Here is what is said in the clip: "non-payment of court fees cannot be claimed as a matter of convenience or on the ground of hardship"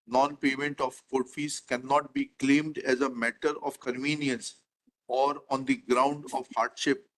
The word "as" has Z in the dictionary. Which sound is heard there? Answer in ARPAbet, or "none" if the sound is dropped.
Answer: Z